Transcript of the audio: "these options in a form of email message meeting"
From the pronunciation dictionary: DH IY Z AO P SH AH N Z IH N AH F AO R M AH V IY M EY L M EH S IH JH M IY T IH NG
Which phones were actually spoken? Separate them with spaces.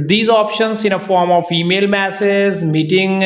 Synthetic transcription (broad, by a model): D IY Z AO P SH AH N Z IH N AH F AO R M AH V IY M EY L M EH S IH Z M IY T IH NG